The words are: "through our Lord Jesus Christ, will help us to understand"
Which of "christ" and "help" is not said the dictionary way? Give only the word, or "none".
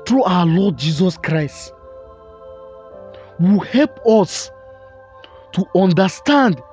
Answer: none